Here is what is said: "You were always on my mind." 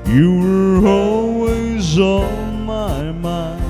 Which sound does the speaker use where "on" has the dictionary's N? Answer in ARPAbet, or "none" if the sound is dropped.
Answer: L